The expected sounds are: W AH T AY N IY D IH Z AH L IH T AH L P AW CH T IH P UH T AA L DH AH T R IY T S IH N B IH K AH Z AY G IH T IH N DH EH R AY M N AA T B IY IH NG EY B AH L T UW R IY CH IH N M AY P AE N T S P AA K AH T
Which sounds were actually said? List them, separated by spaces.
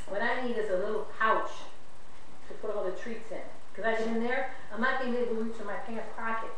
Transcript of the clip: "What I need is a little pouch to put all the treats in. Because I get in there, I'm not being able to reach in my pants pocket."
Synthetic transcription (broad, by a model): W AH T AY N IY D IH Z AH L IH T L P AW CH T IH P UH T AA L DH AH T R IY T S IH N K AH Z AY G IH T IH N DH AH R AY M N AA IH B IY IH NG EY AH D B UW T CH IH M AY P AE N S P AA K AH T